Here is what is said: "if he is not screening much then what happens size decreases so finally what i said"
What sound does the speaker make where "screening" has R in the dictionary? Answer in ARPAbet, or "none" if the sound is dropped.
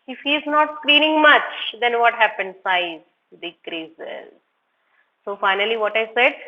L